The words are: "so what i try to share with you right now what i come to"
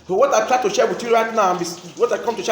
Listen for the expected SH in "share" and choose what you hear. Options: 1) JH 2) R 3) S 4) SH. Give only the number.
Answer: 4